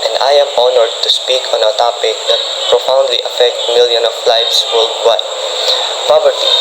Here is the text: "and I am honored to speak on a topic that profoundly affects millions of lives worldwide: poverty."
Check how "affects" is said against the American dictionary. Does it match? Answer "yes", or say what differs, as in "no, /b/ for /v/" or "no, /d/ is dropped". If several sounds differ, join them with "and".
no, /s/ is dropped